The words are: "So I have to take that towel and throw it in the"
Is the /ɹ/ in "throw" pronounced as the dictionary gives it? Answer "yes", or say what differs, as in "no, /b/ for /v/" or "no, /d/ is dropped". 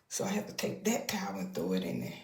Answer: no, /ɹ/ is dropped